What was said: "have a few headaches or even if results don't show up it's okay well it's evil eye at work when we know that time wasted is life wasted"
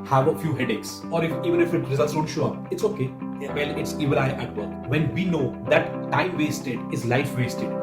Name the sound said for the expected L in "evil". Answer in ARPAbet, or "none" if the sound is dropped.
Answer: N